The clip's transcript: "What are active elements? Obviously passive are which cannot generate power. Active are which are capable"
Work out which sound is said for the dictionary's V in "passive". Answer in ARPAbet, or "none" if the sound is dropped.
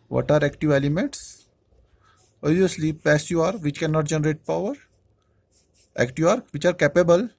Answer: none